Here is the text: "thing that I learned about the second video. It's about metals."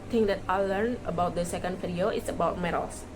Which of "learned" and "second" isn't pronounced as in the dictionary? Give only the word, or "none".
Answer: learned